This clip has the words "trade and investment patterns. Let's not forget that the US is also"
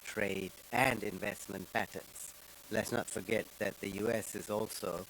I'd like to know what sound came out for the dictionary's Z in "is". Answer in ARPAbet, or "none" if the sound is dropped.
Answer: Z